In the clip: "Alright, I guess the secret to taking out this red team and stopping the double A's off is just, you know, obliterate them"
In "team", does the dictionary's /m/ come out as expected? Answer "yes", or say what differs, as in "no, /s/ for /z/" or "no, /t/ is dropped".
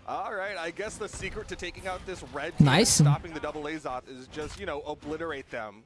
no, /m/ is dropped